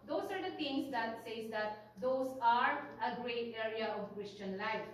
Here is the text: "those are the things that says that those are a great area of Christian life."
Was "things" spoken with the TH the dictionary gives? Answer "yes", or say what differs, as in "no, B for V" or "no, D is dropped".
no, T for TH